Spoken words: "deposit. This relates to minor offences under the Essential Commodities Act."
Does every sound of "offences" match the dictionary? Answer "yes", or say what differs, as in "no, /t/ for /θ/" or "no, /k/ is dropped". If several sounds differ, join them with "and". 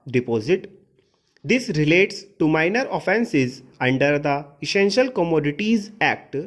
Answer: yes